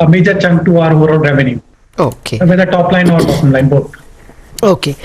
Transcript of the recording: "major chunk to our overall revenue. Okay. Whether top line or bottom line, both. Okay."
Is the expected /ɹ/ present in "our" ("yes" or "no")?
yes